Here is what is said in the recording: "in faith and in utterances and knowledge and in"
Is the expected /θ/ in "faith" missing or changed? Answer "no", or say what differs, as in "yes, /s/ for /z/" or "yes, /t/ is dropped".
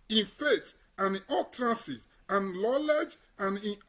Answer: yes, /t/ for /θ/